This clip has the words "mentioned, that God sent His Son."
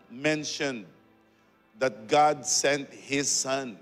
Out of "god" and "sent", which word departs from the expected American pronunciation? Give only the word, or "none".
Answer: none